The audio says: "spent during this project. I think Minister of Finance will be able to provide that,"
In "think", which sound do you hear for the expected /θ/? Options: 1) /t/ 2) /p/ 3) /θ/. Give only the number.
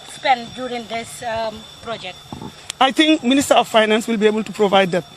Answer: 1